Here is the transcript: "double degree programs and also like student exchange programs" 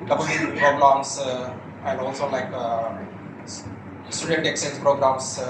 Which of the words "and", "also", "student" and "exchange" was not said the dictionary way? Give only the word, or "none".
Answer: exchange